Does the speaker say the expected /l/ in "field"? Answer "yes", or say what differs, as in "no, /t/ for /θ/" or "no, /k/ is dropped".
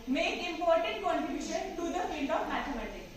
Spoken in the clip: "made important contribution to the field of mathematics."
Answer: no, /n/ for /l/